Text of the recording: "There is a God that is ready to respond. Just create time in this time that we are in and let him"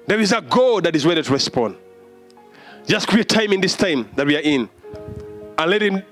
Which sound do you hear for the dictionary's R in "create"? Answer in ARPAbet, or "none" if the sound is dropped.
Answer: W